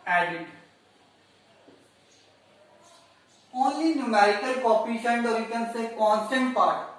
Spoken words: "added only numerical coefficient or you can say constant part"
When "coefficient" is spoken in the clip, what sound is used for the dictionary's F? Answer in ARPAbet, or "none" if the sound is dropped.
P